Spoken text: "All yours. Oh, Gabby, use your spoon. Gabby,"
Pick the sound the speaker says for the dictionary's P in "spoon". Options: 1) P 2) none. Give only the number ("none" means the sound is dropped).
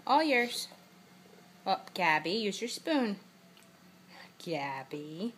1